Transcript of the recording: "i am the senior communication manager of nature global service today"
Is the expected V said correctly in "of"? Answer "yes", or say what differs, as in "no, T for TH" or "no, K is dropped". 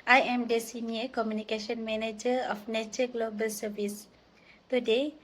no, F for V